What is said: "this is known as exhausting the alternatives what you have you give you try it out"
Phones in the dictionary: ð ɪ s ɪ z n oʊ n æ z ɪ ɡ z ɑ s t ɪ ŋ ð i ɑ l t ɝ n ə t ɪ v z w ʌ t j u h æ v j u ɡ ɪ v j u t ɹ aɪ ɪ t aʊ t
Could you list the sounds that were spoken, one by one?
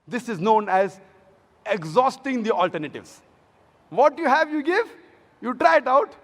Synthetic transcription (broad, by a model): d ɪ s ɪ z n oʊ n æ z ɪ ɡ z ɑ s t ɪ ŋ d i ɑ l t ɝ n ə t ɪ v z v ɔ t j u h æ v j u ɡ ɪ v j u t ɹ aɪ ɪ t aʊ t